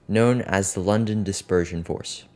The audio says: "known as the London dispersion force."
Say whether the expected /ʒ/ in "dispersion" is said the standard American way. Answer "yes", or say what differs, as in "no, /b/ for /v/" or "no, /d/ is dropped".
yes